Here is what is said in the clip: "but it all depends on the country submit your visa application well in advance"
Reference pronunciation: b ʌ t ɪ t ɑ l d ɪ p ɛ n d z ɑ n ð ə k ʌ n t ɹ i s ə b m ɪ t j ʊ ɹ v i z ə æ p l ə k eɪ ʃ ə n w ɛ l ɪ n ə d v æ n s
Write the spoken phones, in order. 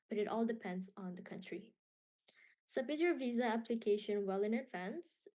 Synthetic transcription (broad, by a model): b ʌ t ɪ t ɑ l d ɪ p ɛ n d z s n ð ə k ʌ n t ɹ i s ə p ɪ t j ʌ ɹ v i z ə æ p l ə k eɪ ʃ ə n w ɛ l ɪ n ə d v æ n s